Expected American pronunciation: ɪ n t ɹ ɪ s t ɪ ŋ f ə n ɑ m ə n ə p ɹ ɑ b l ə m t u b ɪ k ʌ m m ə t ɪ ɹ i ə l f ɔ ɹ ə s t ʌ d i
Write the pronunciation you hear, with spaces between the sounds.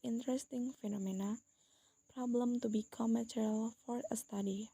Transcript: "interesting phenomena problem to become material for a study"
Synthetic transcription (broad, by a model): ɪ n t ɹ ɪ s t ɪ ŋ f ə n ɑ m ə n ə p ɹ ɑ b l ə m t u b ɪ k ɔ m m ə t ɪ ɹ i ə l f ɔ ɹ ə s t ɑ d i